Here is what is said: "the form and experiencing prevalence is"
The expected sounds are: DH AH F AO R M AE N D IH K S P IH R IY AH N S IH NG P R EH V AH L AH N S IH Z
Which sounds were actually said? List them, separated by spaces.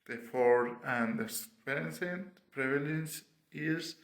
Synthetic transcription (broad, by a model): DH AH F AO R AE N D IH S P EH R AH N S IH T P R EH V AH L AH N S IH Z